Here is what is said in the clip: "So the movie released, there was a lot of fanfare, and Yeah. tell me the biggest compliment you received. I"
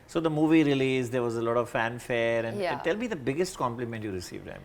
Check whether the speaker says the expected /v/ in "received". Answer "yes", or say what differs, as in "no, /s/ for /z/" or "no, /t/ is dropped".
yes